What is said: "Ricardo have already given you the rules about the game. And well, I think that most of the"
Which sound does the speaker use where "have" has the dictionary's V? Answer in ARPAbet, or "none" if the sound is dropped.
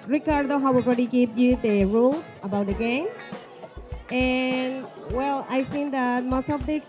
W